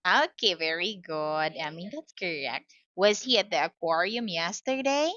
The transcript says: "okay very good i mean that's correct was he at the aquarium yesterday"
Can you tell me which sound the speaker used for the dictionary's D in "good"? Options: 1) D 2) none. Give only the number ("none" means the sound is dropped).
1